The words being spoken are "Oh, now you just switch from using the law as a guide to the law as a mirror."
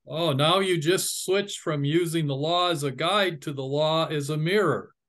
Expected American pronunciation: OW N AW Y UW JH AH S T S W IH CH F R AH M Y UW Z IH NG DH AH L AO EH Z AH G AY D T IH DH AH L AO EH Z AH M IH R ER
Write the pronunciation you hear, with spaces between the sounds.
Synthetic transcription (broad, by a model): OW N AW Y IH JH AH S T S W IH CH F R AH M Y UW Z IH NG DH AH L AO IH Z AH G AY D T IH DH AH L AO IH Z AH M IH R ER